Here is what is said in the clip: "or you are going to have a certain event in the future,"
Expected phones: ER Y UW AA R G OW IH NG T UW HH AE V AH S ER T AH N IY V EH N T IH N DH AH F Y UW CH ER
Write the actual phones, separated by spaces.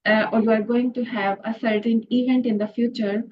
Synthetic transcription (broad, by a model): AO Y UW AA R G OW IH NG T UW HH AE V AH S ER T AH N IY V EH N T IH N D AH F Y UW CH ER